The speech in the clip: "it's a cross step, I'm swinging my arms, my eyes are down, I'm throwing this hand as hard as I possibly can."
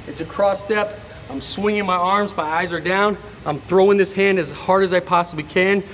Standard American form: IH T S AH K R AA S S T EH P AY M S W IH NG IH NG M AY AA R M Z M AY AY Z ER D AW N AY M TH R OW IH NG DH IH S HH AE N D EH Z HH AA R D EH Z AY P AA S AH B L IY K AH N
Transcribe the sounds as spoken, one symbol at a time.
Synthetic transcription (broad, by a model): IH T S AH K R AA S S T EH P AY M S W IH NG IH NG M AY AA R M Z M AY AY Z ER D AW N AY M TH R OW IH NG DH IH S HH AE N D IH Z HH AA R D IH Z AY P AA S AH B L IY K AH N